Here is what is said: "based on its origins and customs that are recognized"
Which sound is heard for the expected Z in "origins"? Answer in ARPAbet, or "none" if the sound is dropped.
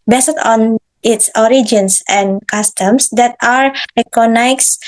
S